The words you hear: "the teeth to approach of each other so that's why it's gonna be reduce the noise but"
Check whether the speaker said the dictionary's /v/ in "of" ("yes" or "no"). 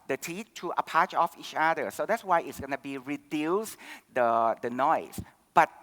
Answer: no